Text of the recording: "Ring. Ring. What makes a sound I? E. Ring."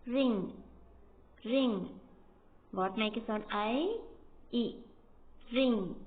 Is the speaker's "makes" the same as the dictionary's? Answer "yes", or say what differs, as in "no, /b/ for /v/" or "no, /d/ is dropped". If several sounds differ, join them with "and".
no, /s/ is dropped